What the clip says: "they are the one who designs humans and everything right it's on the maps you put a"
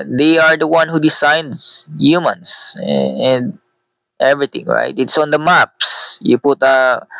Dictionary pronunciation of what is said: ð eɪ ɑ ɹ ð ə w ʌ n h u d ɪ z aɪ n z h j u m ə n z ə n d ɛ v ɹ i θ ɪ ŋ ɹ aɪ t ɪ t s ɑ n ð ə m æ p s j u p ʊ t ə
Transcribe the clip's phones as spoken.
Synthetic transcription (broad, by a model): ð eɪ ɑ ɹ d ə w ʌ n h u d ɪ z aɪ n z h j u m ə n s ə n d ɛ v ɹ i t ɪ ŋ ɹ aɪ t ɪ t s ɑ n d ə m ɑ p s j u p ʊ t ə